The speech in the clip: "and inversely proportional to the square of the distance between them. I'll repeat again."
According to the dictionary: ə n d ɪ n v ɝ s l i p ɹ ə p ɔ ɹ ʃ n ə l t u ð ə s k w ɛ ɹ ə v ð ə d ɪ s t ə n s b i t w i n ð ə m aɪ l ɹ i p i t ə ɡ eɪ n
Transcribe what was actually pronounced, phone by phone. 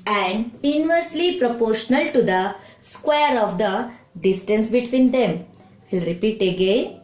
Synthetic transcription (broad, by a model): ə n d ɪ n v ɝ s l i p ɹ ə p ɔ ɹ ʃ n ə l t u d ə s k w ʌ ɹ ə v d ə d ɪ s t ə n s b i t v i n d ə m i l ɹ i p i t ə ɡ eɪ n